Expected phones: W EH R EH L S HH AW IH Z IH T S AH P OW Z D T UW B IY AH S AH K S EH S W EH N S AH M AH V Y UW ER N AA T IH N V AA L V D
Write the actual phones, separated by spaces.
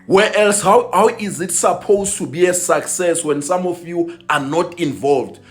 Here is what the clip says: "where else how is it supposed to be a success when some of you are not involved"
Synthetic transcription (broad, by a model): W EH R EH L S HH AW IH Z IH T S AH P OW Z T UW B IY AH S AH K S EH S W EH N S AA M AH F Y UW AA N AA T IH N V AA L V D